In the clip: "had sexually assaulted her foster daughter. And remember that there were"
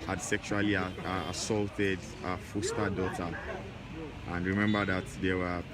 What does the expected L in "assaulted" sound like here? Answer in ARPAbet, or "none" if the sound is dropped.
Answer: L